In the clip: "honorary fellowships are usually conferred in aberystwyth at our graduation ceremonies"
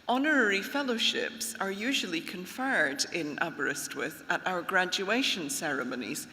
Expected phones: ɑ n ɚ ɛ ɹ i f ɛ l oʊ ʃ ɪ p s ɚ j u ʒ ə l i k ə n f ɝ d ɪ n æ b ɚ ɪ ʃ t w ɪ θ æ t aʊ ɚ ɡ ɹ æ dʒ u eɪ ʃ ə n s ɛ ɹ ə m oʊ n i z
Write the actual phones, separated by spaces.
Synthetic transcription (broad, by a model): ɑ n ɚ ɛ ɹ i f ɛ l oʊ ʃ ɪ p s ɚ j u ʒ ə l i k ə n f ɝ d ɪ n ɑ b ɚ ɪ s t w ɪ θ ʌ t aʊ ɚ ɡ ɹ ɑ dʒ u eɪ ʃ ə n s ɛ ɹ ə m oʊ n i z